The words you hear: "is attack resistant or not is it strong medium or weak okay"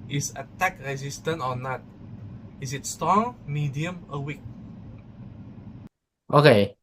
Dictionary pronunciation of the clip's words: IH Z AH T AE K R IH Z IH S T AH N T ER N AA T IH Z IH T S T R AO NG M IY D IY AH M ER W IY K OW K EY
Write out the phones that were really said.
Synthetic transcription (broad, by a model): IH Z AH T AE K R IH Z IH S T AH N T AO N AA T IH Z IH T S T R AO NG M IY D IY AH M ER W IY K OW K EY